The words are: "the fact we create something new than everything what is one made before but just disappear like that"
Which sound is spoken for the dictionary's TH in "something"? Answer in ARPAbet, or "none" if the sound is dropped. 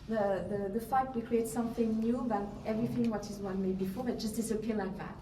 TH